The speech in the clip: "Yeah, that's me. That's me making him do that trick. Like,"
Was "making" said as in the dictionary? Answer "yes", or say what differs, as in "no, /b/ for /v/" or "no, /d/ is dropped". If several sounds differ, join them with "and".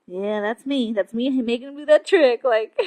no, /k/ is dropped